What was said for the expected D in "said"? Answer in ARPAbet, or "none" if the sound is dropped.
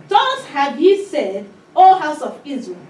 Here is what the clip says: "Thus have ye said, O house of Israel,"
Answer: D